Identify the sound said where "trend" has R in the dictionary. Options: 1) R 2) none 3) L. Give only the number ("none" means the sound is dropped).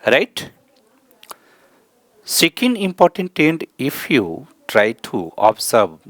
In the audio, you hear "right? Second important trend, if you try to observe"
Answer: 2